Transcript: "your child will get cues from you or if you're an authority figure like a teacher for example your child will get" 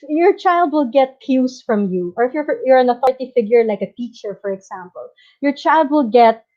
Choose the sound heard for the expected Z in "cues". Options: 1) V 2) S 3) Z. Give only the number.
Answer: 2